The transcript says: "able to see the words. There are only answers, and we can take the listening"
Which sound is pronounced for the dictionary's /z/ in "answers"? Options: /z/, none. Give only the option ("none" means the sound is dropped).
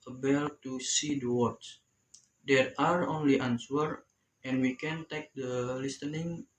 none